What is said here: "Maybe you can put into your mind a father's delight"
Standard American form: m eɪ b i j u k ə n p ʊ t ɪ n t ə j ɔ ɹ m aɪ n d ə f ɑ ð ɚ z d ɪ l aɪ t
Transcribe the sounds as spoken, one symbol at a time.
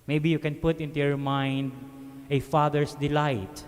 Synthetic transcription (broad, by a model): m eɪ b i j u k ə n p ʊ t ɪ n t ə j ɔ ɹ m aɪ n d ə f ɑ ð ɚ s d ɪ l aɪ t